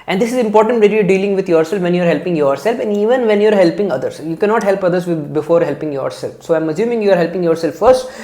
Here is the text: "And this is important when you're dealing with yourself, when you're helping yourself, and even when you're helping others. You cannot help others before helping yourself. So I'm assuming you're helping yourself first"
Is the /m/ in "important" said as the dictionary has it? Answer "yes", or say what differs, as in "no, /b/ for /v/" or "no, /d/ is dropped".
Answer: yes